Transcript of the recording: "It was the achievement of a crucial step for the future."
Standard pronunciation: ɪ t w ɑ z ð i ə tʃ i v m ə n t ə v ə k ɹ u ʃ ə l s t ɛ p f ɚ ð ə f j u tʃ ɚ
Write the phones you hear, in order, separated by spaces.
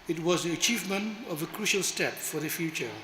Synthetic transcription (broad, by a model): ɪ t w ɑ z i ə tʃ i v m ə n t ə v ə k ɹ u ʃ ə l s t ɛ p f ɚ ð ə f j u tʃ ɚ